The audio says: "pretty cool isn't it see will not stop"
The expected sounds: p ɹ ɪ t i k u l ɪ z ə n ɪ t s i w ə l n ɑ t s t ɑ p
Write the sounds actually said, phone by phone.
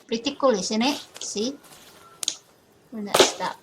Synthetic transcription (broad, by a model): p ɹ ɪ t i k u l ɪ s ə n ɪ t s i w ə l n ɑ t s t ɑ